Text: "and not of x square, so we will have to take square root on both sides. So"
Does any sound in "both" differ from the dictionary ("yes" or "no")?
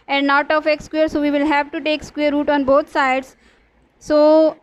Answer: yes